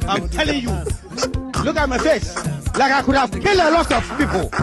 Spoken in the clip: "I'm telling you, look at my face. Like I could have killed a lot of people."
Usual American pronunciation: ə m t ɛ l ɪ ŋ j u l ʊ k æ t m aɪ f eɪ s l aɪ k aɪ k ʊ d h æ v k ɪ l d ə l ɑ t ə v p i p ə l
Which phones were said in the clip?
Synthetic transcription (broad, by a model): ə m t ɛ l ɪ ŋ j u l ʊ k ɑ t m aɪ f eɪ s l aɪ k aɪ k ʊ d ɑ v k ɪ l ə l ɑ t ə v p i p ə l